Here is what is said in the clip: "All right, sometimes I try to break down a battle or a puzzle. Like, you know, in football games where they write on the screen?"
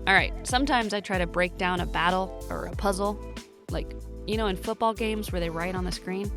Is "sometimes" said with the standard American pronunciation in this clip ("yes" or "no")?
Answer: yes